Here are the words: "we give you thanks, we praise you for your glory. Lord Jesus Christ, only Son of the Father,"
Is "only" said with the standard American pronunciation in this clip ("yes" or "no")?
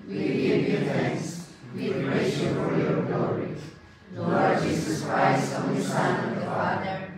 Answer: no